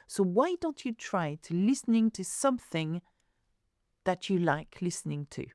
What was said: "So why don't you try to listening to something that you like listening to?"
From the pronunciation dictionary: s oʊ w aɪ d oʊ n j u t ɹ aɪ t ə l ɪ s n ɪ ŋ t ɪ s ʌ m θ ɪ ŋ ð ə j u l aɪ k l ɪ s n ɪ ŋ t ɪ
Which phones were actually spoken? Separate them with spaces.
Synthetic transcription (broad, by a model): s oʊ w aɪ d oʊ n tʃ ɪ t ɹ aɪ t ə l ɪ s n ɪ ŋ t ɪ s ʌ m θ ɪ ŋ ð ə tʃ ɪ l aɪ k l ɪ s n ɪ ŋ t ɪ